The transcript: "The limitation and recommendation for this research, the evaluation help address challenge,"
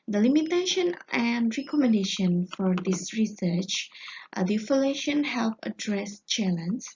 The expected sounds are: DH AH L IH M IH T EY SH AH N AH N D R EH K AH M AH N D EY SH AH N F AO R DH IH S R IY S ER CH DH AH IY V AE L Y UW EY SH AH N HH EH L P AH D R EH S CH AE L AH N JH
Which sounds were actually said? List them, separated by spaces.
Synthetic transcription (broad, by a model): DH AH L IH M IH T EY SH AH N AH N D R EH K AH M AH N D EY SH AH N F AO R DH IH S R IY S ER CH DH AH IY F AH L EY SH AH N HH EH L P AH D R EH S CH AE L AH N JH